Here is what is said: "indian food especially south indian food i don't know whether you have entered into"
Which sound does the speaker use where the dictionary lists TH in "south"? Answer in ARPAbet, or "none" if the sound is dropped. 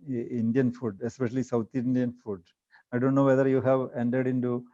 T